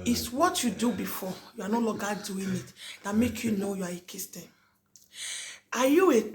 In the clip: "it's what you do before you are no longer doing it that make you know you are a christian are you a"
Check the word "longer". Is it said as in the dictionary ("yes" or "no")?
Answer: no